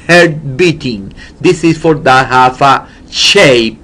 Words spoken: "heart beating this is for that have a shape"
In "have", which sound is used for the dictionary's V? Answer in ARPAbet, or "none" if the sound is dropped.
F